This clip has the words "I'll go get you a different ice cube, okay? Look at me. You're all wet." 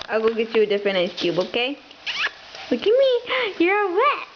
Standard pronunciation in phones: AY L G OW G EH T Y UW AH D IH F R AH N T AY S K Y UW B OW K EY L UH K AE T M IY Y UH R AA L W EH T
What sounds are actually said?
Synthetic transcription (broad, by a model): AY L G OW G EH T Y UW AH D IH F R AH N AY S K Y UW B OW K EY L UH K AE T M IY Y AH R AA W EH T